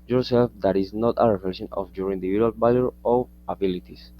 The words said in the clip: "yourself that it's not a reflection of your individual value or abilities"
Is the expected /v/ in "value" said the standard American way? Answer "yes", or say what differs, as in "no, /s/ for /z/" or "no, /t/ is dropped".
no, /b/ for /v/